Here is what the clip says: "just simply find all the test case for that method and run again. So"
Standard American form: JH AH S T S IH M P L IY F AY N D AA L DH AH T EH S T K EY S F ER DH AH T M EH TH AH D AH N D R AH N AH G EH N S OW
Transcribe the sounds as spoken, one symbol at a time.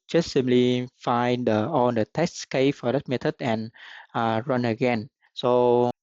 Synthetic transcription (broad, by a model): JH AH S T S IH M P L IY F AY N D AA L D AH T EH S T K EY F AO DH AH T M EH T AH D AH N R AH N AH G EH N S OW